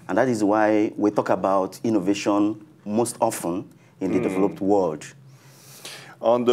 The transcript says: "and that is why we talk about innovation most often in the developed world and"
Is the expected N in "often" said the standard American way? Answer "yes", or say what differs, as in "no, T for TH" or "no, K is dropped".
yes